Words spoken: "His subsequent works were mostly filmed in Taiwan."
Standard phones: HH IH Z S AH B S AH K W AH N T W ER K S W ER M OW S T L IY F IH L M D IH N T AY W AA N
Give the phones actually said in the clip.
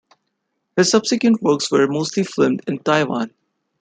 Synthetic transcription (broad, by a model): HH IH Z S AH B S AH K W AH N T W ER K S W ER M OW S T L IY F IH M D IH N T AY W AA N